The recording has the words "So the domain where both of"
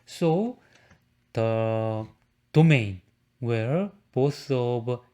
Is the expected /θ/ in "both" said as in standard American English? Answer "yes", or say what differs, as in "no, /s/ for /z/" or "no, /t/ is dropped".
no, /s/ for /θ/